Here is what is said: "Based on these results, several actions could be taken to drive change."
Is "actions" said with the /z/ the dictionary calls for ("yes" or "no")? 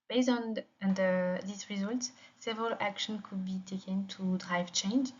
no